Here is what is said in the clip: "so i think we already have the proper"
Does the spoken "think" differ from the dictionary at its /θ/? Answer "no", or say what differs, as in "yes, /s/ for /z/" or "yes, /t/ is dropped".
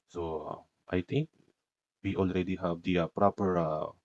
yes, /t/ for /θ/